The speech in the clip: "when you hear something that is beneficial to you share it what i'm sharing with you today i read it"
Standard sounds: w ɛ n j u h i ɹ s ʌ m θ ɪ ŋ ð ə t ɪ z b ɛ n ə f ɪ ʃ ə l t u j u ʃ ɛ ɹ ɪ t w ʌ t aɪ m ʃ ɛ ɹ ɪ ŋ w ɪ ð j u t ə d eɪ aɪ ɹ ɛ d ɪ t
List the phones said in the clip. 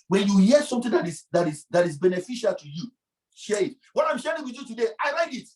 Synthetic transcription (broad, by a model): w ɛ n j u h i s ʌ m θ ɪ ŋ ð ə t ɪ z b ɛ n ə f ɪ ʃ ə l t u j u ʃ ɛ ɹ ɪ t w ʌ t aɪ m ʃ ɛ ɹ ɪ ŋ w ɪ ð j u t ə d eɪ aɪ l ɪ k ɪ t